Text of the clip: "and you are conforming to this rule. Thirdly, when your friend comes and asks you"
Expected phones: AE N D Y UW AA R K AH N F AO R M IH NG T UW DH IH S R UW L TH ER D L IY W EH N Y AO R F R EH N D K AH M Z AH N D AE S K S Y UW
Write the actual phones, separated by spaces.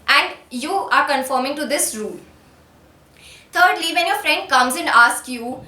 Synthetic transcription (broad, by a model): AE N D Y UW AA R K AH N F AO R M IH NG T UW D IH S R UW L T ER D L IY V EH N Y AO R F R EH N D K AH M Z AH N D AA S K Y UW